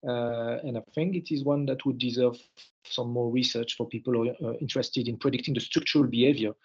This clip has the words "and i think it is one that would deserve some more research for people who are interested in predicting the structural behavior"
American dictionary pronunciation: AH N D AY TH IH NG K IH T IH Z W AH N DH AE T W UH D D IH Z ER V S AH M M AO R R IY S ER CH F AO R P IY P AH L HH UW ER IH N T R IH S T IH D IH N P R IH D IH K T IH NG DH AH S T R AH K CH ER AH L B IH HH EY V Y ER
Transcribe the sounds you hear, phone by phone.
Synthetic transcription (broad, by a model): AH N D AY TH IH NG K IH T IH Z W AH N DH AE T W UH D D IH Z ER V S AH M M AO R R IY S ER CH F AO R P IY P AH L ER IH N T R IH S T IH D IH N P R IH D IH K T IH NG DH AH S T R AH K CH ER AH L B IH HH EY V Y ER